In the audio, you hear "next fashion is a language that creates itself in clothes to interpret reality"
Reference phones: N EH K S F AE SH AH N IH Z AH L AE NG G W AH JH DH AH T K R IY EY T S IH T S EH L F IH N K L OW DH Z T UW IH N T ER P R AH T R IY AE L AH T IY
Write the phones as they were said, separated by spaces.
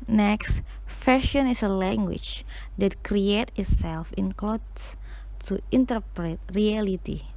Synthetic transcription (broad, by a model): N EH K S F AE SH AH N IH S AH L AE NG G W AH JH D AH T K R IY EY T IH T S EH L F IH N K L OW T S T UW IH N T ER P R AH T R IY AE L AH T IY